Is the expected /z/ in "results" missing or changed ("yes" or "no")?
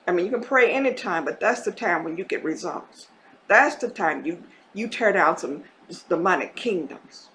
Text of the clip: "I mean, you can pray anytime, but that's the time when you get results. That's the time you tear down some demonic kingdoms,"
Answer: no